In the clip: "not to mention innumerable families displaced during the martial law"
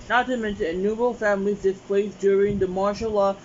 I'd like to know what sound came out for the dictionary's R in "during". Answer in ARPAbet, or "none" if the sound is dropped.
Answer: R